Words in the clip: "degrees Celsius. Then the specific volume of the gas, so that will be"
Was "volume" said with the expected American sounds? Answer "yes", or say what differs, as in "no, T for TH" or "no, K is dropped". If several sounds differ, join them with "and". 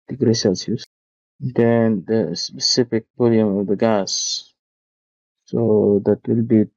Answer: no, B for V